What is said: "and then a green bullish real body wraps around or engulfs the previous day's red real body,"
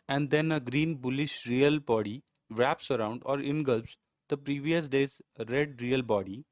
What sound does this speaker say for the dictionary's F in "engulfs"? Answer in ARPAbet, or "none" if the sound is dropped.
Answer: P